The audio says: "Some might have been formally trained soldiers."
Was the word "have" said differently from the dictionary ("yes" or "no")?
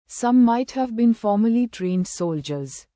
no